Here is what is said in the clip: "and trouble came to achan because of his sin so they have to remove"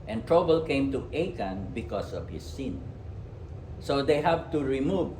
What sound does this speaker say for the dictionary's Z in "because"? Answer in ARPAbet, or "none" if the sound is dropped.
S